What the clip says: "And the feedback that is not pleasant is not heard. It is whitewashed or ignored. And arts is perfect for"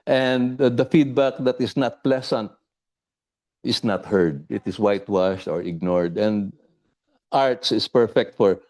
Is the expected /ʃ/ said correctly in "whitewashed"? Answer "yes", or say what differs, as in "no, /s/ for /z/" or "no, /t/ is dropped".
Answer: yes